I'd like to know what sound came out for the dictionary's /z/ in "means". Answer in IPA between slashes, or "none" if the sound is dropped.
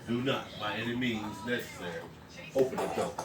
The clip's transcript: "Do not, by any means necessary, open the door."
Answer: /z/